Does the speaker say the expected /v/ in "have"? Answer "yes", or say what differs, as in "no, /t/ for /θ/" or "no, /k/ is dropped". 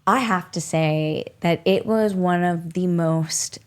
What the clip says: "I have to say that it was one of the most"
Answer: no, /f/ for /v/